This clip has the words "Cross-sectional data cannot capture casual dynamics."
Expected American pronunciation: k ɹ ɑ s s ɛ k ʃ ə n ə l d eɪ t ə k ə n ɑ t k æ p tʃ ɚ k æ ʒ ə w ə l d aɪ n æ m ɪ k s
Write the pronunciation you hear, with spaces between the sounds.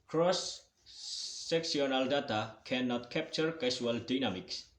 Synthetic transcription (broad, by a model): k ɹ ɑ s s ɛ k s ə n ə l d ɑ t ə k ə n ɑ t k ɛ p tʃ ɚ k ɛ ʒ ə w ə l d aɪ n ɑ m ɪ k s